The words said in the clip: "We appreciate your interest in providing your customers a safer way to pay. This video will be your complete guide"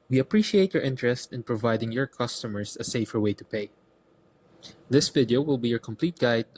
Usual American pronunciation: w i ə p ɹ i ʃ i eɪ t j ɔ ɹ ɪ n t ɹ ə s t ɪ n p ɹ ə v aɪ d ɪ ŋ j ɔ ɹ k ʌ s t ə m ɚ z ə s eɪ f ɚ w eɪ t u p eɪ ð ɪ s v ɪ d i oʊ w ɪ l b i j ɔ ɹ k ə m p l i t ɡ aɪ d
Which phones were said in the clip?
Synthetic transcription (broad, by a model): w i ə p ɹ i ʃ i eɪ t j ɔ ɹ ɪ n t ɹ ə s t ɪ n p ɹ ə v aɪ d ɪ ŋ j ɔ ɹ k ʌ s t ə m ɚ s ə s eɪ f ɚ w eɪ t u p eɪ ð ɪ s v ɪ d i oʊ w ɪ l b i j ɔ ɹ k ə m p l i t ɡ aɪ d